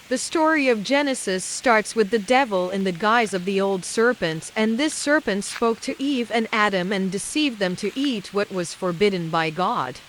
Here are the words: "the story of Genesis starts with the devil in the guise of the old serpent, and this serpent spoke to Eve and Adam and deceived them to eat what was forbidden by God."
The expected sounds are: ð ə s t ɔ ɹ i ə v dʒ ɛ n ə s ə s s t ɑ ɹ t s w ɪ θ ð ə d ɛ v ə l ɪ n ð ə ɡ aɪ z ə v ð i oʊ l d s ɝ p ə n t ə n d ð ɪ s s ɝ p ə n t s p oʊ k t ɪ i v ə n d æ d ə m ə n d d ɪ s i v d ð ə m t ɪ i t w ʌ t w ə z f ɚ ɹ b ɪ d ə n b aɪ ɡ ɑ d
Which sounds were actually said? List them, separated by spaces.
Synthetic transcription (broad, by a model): ð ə s t ɔ ɹ i ə v dʒ ɛ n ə s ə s s t ɑ ɹ t s w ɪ ð ə d ɛ v ə l ɪ n ð ə ɡ aɪ z ə v ð i oʊ l d s ɝ p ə n t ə n ð ɪ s s ɝ p ə n t s p oʊ k t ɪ i v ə n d æ d ə m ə n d d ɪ s i v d ð ə m t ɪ i t w ʌ t w ə z f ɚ ɹ b ɪ d n b aɪ ɡ ɑ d